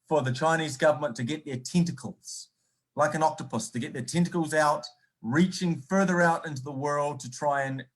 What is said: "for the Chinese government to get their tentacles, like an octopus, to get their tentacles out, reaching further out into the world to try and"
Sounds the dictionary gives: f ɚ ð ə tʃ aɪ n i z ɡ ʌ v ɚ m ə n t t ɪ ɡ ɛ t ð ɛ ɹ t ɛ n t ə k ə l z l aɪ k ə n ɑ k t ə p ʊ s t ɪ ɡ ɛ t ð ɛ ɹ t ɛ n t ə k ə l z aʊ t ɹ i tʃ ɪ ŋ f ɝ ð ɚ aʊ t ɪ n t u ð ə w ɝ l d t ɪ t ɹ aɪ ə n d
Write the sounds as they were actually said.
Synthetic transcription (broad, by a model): f ɚ ð ə tʃ aɪ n i z ɡ ʌ v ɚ m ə n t t ɪ ɡ ɛ t ð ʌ ɹ t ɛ n t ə k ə l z l aɪ k ə n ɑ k t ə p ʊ s t ɪ ɡ ɛ t ð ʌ ɹ t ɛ n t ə k l z aʊ t ɹ i tʃ ɪ ŋ f ɝ ð ɚ aʊ t ɪ n t u ð ə w ɝ l d t ɪ t ɹ aɪ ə n